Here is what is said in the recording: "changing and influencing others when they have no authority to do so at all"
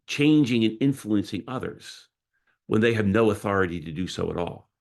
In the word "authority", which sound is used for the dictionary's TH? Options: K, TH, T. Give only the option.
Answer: TH